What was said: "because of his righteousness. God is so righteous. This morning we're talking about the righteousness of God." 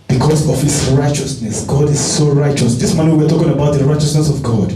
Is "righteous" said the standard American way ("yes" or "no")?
yes